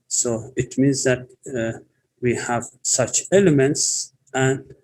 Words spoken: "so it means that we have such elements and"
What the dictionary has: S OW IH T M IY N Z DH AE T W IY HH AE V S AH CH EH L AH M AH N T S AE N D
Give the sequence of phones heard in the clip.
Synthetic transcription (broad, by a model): S OW IH T M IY N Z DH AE T W IY HH AE V S AH CH EH L AH M AH N T S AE N D